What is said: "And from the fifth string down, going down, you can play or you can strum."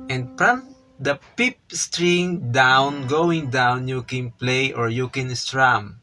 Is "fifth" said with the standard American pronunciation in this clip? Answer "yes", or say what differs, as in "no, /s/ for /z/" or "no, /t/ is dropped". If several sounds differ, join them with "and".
no, /p/ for /f/